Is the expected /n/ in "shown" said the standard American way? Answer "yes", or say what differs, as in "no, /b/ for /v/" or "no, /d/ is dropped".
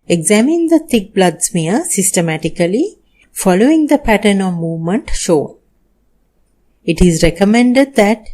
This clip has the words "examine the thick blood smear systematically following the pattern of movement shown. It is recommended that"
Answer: no, /n/ is dropped